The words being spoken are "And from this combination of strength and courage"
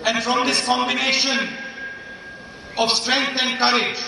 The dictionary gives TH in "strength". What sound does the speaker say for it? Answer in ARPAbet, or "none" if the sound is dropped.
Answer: T